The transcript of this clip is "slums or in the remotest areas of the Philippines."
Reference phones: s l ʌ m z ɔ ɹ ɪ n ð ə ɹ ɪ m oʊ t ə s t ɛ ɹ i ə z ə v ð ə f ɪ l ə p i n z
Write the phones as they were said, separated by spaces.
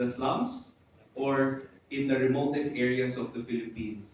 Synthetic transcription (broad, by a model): s l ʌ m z ɔ ɹ ɪ n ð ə ɹ ɪ m oʊ t ə s t ɛ ɹ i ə s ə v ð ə f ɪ l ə p i n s